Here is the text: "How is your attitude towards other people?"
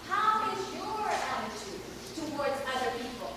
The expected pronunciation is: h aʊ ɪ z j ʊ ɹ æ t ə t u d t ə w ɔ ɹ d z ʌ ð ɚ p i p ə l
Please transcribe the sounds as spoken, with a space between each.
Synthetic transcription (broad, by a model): h aʊ ɪ z j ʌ ɹ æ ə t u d t ə w ɔ ɹ d z ʌ ð ɚ p i p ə l